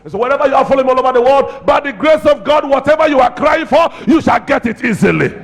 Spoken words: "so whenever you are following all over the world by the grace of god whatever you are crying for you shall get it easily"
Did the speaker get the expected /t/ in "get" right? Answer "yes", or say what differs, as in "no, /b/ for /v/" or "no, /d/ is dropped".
yes